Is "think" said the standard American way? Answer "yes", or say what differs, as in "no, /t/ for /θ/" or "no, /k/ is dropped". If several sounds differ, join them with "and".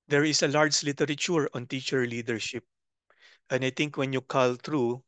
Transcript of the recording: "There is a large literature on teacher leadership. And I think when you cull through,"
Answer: no, /t/ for /θ/